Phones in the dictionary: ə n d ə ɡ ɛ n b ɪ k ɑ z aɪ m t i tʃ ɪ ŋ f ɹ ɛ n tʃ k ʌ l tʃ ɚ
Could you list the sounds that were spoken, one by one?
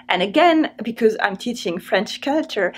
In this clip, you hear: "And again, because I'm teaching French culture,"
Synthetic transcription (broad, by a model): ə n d ə ɡ ɛ n b ɪ k ɑ z aɪ m t i tʃ ɪ ŋ f ɹ ɛ n tʃ k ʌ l tʃ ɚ